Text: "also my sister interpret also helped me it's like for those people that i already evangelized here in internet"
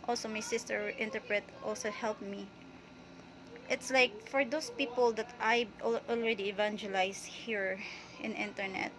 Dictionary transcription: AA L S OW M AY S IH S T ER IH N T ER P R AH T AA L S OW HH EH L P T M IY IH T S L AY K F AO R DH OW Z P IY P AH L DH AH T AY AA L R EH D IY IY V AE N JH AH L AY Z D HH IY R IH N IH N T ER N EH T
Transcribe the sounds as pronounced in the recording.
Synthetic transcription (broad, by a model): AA L S OW M AY S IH S T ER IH N T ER P R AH T AA L S OW HH EH L P M IY IH T S L AY K F AO R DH OW S P IY P AH L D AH T AY AA L R EH D IY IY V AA N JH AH L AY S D HH IY R IH N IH N T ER N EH T